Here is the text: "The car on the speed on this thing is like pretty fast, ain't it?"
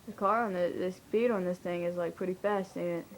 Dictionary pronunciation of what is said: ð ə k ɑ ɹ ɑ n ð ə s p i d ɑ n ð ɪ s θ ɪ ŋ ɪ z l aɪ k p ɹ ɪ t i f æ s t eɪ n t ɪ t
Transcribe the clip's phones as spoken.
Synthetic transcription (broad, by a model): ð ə k ɑ ɹ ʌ n ð ə s b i d n ð ɪ s θ ɪ ŋ ɪ z l aɪ k p ɹ ɪ t i f æ s t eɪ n ɪ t